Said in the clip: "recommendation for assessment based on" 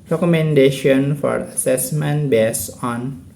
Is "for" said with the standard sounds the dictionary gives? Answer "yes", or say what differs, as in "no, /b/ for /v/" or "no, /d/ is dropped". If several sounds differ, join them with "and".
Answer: yes